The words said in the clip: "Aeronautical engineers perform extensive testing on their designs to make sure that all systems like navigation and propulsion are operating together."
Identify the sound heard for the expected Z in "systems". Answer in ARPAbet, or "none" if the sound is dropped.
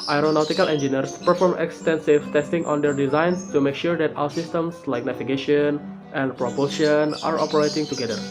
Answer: S